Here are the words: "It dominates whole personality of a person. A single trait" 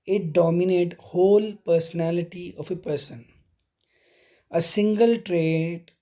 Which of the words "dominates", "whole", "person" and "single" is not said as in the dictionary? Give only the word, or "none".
dominates